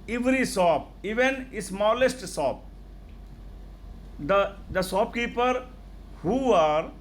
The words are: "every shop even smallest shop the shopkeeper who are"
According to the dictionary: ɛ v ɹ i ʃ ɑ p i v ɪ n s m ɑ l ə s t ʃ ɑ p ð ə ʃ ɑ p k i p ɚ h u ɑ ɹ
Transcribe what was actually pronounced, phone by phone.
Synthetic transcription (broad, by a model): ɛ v ɹ i s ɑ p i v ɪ n s m ɑ l ə s t s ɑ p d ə s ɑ p k i p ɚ h u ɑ ɹ